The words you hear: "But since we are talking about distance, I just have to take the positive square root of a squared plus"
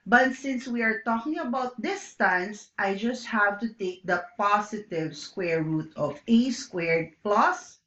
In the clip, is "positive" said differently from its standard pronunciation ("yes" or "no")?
yes